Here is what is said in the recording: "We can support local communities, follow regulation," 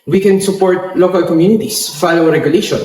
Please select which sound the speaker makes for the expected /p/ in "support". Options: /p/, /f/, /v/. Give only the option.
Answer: /p/